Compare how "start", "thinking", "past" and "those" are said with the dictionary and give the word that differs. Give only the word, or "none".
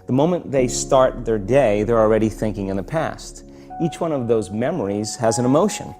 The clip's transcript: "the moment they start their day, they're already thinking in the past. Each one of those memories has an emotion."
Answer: none